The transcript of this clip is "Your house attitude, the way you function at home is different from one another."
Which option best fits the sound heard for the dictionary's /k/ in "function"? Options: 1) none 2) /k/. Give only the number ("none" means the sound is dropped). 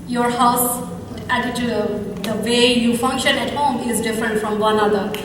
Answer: 2